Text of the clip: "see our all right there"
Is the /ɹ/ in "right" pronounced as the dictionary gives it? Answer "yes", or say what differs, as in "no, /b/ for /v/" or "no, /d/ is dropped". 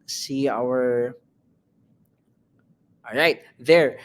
yes